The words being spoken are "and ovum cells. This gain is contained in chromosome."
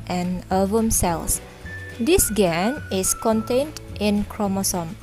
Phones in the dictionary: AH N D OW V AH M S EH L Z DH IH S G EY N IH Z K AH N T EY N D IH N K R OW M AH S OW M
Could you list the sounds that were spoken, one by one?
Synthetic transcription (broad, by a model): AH N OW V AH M S EH L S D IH S G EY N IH S K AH N T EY N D IH N K R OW M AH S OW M